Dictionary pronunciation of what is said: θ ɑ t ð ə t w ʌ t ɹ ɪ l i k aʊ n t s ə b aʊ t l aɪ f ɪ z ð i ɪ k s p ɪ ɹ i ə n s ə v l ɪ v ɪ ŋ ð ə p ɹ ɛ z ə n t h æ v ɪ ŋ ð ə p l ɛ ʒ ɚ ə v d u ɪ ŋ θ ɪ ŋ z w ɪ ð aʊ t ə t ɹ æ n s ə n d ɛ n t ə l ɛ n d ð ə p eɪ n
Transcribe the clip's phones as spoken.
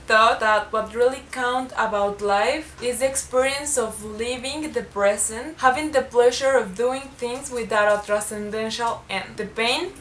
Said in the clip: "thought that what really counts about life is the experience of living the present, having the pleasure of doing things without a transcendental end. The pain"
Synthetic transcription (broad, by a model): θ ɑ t ð ə t w ʌ t ɹ ɪ l i k aʊ n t ə b aʊ t l aɪ f ɪ z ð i ɪ k s p ɪ ɹ i ə n s ə v l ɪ v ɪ ŋ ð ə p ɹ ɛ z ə n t h æ v ɪ ŋ ð ə p l ɛ ʒ ɚ ə v d u ɪ ŋ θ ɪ ŋ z w ɪ ð aʊ t ə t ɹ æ s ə n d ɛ n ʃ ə l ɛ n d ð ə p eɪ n